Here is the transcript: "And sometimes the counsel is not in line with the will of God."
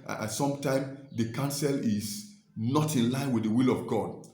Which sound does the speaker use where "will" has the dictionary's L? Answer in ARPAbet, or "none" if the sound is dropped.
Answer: L